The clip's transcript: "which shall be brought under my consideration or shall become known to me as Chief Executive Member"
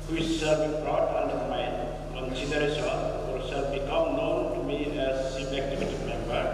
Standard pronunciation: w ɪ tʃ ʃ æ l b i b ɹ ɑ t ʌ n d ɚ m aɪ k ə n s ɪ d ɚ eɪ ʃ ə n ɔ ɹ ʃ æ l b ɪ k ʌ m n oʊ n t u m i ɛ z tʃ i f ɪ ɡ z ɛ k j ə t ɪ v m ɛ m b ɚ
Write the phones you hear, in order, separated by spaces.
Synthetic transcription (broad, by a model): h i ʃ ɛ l b i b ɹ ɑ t ʌ n d ɚ m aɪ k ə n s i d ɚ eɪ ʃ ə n ɔ ɹ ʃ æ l b ɪ k ʌ m n oʊ n t u m i ɛ z s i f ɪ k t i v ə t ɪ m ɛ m b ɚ